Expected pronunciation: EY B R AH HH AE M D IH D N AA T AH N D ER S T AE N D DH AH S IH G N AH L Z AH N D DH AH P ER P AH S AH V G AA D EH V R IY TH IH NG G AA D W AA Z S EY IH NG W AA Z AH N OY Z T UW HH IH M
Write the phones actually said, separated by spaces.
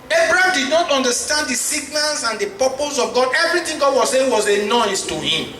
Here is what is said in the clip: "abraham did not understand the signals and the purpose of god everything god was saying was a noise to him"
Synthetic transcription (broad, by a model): EY B R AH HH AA M D IH D N AA T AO N D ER S T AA N D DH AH S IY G N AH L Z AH N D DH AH P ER P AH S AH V G AA D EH V R IY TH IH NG G AA D W AA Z S EY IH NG W AA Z AH N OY S T UW HH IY M